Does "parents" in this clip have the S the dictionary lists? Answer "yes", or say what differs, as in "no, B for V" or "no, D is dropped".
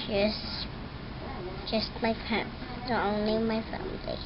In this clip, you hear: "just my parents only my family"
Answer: no, S is dropped